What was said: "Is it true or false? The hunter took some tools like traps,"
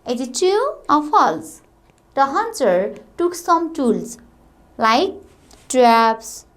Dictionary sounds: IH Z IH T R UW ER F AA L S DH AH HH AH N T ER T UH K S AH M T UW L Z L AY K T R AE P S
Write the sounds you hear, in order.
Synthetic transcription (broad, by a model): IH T IH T UW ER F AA L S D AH HH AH N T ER T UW K S AH M T UW L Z L AY K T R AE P S